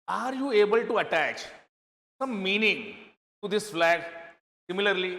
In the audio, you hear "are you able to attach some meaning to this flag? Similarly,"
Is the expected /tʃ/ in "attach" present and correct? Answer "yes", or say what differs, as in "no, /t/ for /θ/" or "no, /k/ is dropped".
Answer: yes